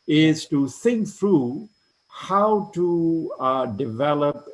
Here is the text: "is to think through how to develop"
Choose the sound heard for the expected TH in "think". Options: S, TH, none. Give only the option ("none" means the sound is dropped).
S